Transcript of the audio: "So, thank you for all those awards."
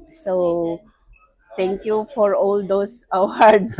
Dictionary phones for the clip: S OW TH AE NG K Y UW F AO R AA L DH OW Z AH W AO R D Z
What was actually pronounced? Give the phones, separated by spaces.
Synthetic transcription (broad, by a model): S OW T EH NG K Y UW F AO R AA L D OW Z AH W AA R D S